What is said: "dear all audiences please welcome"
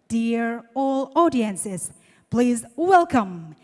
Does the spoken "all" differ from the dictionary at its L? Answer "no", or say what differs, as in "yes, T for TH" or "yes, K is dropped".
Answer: no